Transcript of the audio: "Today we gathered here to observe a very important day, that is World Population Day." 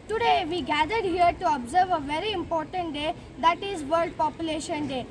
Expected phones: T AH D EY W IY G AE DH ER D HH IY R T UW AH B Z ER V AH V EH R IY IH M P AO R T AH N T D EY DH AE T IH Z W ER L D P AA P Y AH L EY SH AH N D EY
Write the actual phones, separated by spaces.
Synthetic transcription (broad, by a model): T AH D EY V IY G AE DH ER D HH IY R T UW AH B Z ER V AH V EH R IY IH M P AO R T AH N T D EY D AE T IH Z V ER L D P AA P Y AH L EY SH AH N D EY